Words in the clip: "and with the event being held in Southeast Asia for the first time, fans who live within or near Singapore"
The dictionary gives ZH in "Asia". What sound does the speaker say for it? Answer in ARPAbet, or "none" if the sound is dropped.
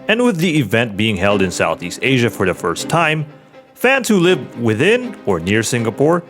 ZH